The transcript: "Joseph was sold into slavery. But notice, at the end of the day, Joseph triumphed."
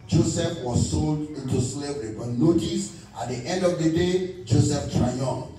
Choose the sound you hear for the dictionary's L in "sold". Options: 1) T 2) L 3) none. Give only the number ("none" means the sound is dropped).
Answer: 2